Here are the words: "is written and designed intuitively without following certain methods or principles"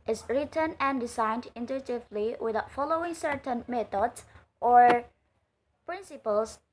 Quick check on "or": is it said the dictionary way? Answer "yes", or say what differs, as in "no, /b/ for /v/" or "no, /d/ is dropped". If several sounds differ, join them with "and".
yes